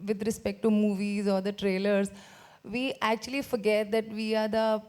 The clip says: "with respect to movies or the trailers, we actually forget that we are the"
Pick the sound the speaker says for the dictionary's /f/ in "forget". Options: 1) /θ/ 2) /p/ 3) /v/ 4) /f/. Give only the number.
4